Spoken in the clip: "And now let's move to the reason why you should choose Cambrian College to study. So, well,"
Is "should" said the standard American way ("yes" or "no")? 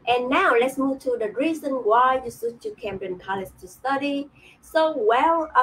no